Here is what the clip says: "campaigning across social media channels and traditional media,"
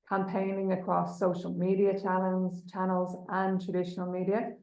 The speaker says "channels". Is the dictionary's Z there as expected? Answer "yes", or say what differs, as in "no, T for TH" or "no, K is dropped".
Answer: yes